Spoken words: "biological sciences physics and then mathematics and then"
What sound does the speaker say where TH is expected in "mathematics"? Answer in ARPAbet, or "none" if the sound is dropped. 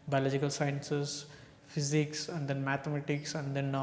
T